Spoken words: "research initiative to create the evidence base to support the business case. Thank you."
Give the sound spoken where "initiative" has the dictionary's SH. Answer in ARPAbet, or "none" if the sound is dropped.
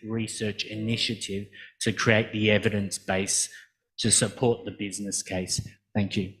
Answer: SH